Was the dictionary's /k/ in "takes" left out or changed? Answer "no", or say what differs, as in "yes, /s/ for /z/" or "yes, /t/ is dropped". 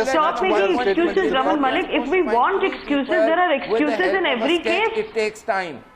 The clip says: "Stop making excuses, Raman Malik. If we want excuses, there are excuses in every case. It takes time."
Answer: yes, /k/ is dropped